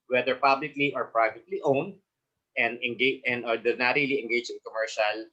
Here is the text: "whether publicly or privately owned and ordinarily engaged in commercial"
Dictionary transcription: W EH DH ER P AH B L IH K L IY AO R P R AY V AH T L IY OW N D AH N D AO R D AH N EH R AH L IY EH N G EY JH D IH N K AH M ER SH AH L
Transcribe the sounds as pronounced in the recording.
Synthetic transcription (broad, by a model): W EH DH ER P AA B L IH K L IY AO R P R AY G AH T L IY OW N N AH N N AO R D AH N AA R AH L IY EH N G EY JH IH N K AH M ER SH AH L